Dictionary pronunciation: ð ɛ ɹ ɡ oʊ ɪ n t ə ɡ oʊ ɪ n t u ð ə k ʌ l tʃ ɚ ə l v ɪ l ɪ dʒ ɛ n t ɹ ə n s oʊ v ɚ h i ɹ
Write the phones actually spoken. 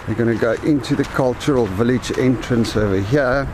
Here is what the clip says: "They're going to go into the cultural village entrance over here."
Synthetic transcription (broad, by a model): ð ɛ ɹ ɡ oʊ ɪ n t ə ɡ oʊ ɪ n t u ð ə k ʌ l tʃ ɚ ə l v ɪ l ɪ dʒ ɛ n t ɹ ə n s oʊ v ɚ h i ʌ